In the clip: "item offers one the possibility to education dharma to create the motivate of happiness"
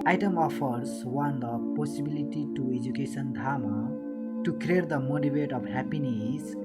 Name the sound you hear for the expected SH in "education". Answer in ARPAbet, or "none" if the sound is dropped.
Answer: S